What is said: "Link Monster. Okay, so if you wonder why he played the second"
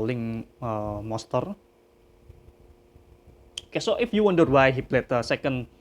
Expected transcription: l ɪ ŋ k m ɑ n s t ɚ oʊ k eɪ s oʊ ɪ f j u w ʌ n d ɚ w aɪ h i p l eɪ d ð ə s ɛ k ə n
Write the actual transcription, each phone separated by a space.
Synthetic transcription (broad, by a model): l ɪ ŋ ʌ m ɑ s t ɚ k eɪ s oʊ ɪ f j u w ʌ n d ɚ w aɪ h i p l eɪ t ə s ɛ k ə n